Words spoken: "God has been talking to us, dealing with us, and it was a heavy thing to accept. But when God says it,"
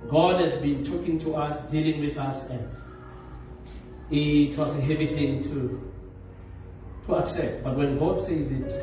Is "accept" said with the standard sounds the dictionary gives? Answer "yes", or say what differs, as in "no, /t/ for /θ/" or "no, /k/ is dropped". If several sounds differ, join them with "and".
yes